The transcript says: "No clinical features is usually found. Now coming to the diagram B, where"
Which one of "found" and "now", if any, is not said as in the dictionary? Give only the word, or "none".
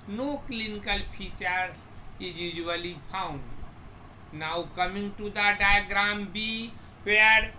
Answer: found